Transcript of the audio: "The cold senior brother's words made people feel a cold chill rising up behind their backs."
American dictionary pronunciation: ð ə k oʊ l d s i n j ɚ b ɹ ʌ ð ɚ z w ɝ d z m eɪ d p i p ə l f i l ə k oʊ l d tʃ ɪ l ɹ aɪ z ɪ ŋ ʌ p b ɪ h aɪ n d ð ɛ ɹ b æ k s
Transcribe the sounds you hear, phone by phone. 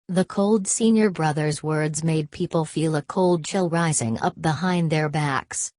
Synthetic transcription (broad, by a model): ð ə k oʊ l d s i n j ɚ b ɹ ʌ ð ɚ z w ɝ d z m eɪ d p i p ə l f i l ə k oʊ l d tʃ ɪ l ɹ aɪ z ɪ ŋ ʌ p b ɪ h aɪ n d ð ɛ ɹ b æ k s